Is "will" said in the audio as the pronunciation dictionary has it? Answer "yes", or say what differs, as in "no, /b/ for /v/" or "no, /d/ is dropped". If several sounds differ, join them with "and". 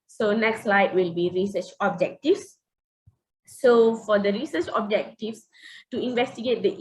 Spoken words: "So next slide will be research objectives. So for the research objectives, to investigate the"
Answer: yes